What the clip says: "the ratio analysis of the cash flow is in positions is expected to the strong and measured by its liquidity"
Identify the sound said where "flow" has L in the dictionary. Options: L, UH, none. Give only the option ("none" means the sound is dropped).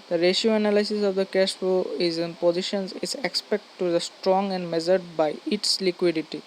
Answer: none